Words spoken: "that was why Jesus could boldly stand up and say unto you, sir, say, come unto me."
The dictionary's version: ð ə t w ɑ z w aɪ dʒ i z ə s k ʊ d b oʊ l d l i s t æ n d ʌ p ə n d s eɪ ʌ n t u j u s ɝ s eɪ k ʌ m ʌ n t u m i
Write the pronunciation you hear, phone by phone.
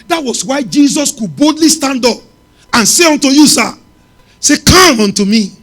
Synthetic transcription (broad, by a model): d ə t w ɑ s w aɪ dʒ i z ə s k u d b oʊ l d l i s t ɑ n d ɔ p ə n s eɪ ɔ n t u j u s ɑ s eɪ k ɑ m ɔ n t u m i